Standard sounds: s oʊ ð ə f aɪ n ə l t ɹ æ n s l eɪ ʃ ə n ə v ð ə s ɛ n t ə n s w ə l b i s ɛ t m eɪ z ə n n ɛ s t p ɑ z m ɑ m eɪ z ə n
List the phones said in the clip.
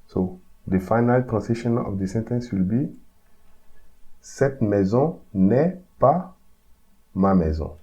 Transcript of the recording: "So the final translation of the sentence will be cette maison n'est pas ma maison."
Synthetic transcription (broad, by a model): s oʊ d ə f aɪ n ə l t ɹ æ s eɪ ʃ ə n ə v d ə s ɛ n t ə n s w ə l b i s ɛ t m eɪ z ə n n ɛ p ɑ m ɑ m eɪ z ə